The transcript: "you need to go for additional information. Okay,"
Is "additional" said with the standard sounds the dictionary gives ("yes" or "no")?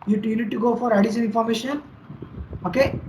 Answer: no